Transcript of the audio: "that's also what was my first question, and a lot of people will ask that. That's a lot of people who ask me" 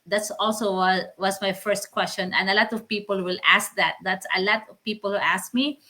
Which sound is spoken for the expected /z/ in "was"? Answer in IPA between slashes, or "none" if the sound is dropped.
/s/